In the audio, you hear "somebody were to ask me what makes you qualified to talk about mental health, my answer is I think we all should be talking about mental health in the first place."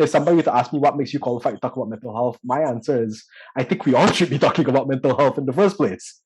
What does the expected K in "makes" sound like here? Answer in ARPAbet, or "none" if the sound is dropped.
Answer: K